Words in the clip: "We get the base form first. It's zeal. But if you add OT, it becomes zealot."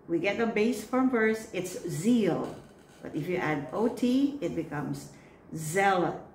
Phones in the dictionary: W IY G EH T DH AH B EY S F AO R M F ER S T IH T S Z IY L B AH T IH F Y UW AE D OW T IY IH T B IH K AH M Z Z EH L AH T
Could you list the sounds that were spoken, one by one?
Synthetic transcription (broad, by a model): W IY G EH T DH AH B EY S F AO R M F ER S IH T S Z IY L B AH T IH F Y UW AE D OW T IY IH T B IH K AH M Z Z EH L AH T